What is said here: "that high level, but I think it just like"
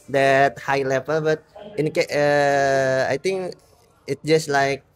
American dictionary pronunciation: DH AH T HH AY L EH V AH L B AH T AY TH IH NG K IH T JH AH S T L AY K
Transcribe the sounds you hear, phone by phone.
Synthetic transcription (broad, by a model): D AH T HH AY L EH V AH L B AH T AY T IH NG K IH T JH AH S T L AY K